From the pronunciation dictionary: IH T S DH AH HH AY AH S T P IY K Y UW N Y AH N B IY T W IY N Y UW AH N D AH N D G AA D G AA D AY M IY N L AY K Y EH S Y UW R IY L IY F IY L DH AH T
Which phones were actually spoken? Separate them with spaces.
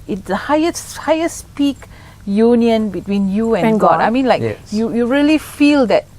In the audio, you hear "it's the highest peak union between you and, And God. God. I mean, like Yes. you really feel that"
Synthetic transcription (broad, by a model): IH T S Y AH HH AY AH S P IY K Y UW N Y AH N B IY T W IY N Y UW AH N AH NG G AA D AA IH M IY N L AY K Y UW Y UW R IY L IY F IY L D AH T